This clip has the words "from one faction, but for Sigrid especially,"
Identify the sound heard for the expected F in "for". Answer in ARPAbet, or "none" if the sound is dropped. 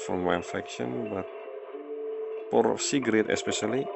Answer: P